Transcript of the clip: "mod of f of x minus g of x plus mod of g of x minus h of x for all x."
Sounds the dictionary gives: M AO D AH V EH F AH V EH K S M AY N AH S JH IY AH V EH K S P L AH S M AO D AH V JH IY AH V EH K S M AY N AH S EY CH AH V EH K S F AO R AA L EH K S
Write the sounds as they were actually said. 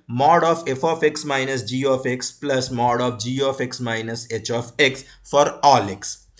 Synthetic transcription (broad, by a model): M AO D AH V EH F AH F EH K S M AY N AH S JH IY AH F EH K S P L AH S M AO D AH F JH IY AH F EH K S M AY N AH S EY CH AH F EH K S F AO R AA L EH K S